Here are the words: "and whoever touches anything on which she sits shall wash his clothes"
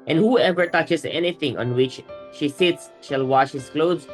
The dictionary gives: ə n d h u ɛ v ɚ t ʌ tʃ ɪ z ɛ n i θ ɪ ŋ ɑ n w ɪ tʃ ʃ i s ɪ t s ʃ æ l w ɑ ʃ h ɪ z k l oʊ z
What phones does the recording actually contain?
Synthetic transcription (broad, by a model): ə n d h u ɛ v ɚ t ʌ tʃ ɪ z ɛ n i t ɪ ŋ ɑ n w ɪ tʃ ʃ i s ɪ t s ʃ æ l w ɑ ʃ h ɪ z k l oʊ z